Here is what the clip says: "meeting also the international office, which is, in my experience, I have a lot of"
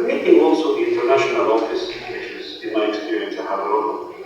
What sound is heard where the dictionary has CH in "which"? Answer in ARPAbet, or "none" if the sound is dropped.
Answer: SH